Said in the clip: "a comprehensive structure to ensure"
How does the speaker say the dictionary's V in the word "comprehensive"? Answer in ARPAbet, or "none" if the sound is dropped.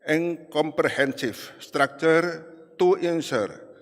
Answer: F